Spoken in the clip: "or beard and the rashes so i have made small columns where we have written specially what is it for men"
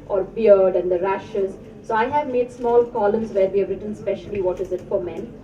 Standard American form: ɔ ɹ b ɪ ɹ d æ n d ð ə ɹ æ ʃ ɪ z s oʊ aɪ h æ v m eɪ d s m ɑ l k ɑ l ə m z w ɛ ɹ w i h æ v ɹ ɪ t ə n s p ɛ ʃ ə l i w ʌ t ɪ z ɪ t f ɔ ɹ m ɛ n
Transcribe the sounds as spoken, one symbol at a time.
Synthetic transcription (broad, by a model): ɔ ɹ b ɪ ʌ d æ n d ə ɹ æ ʃ ɪ z s oʊ aɪ h æ v m eɪ d s m ɑ l k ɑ l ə m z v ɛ ɹ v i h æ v ɹ ɪ t ə n s p ɛ ʃ ə l i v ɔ t ɪ z ɪ t f ɔ ɹ m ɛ n